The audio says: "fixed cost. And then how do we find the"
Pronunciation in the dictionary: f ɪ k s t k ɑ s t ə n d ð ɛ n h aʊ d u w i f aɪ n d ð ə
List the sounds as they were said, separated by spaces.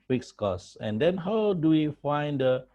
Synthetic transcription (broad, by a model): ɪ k s k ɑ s ə n d ɛ n h aʊ d u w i f aɪ n d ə